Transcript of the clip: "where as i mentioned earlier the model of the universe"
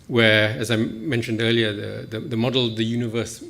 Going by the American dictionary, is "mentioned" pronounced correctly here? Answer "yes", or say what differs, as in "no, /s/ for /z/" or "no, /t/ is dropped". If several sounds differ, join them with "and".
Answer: yes